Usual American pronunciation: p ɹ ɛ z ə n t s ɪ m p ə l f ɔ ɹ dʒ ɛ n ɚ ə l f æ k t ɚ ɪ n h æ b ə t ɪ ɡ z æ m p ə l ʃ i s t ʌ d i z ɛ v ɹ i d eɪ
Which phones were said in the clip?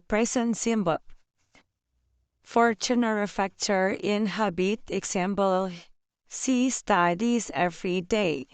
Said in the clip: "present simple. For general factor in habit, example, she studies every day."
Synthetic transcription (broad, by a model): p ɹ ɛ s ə n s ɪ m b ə f ɔ ɹ tʃ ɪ n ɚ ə f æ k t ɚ ɪ n h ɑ b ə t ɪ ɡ s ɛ m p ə l s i s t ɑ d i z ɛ f ɹ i d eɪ